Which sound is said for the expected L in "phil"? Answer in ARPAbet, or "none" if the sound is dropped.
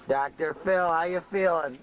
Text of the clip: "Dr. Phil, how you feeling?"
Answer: L